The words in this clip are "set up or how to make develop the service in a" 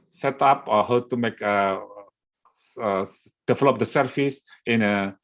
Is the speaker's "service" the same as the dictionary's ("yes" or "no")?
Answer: no